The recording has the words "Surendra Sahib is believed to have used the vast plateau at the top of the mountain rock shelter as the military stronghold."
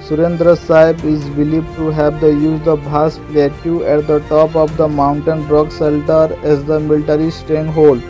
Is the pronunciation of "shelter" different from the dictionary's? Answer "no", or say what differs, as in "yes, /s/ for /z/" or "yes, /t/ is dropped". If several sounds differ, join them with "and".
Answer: yes, /s/ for /ʃ/